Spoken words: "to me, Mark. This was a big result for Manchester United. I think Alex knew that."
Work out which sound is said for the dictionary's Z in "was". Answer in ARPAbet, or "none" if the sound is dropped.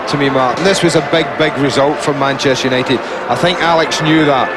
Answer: Z